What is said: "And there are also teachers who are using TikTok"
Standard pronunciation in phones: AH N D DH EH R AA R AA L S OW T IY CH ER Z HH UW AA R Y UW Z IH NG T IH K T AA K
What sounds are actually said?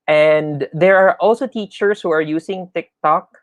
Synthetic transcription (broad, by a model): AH N D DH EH R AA R AA L S OW T IY CH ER S HH UW AA R Y UW S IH NG T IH K T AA K